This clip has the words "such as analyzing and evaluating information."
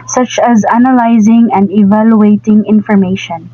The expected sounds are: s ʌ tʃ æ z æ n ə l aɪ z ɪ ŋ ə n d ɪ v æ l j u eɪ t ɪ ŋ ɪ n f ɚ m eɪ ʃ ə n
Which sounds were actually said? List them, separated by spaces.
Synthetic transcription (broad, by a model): s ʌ tʃ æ z æ n ə l aɪ z ɪ ŋ ə n d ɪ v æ l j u eɪ t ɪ ŋ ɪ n f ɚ m eɪ ʃ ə n